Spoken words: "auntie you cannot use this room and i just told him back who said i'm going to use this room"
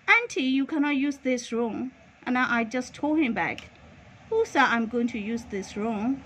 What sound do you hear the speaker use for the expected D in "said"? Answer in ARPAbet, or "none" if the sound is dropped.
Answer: none